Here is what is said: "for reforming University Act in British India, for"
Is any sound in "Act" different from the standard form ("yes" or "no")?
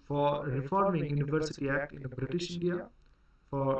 no